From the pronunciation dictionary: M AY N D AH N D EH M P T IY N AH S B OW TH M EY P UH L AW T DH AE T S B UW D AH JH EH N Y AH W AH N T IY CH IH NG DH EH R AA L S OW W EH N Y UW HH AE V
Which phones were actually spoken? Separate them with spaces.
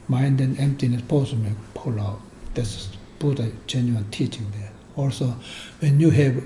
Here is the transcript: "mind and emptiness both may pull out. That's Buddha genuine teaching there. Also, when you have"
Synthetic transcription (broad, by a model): M AY N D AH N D EH M P T IY N AH S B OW S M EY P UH L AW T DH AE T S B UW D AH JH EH N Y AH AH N T IY CH IH NG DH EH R AA L S OW W EH N Y UW HH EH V